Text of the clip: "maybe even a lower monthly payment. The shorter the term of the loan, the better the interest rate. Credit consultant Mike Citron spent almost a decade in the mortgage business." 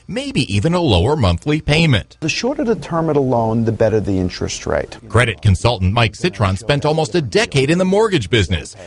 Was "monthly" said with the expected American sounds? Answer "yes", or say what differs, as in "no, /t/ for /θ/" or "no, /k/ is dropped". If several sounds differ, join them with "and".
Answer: yes